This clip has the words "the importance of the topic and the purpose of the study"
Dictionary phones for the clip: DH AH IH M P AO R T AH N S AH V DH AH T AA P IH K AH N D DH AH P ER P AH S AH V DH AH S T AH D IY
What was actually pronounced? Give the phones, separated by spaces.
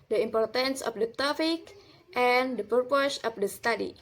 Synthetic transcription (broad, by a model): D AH IH M P AO R T AH N S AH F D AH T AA F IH K AH N D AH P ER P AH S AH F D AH S T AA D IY